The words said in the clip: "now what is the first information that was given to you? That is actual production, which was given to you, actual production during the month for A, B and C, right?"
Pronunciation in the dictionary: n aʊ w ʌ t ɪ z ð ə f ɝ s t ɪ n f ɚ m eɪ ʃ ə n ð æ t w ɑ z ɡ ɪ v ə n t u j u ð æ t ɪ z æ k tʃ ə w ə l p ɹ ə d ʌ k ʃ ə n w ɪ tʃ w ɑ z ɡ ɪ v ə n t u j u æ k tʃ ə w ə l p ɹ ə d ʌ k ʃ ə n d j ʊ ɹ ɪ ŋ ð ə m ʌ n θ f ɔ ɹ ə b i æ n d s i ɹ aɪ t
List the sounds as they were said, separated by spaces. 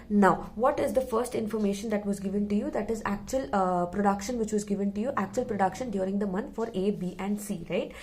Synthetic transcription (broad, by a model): n aʊ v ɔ t ɪ z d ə f ɝ s t ɪ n f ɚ m eɪ ʃ ə n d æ t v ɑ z ɡ ɪ v ə n t u j u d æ t ɪ z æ k tʃ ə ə l p ɹ ə d ʌ k ʃ ə n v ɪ tʃ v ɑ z ɡ ɪ v ə n t u j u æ k tʃ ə ə l p ɹ ə d ʌ k ʃ ə n d j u ɹ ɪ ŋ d ə m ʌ n t f ɔ ɹ ə b i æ n d s i ɹ aɪ t